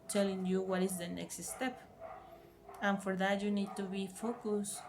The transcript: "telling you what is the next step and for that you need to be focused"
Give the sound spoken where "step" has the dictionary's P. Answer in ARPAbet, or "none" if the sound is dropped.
P